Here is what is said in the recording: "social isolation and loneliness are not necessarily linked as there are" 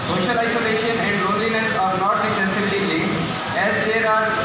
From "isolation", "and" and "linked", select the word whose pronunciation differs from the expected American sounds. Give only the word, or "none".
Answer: linked